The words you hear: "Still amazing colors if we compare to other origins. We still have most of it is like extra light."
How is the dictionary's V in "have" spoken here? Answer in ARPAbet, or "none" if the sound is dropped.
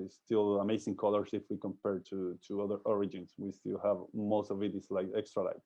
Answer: V